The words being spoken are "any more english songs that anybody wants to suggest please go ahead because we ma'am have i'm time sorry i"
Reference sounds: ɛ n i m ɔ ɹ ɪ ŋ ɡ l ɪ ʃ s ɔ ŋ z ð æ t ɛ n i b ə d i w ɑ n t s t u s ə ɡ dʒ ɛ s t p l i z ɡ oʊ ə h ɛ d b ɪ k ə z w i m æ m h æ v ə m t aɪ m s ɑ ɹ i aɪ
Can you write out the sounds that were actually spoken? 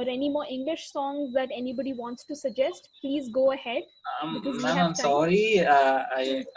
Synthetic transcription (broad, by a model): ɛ n i m ɔ ɹ ɪ ŋ ɡ l ɪ ʃ s ɔ ŋ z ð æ t ɛ n i b ə d i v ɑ n t s t u s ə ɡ dʒ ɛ s t p l i z ɡ oʊ ə h ɛ d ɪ ə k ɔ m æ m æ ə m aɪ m s ɑ ɹ i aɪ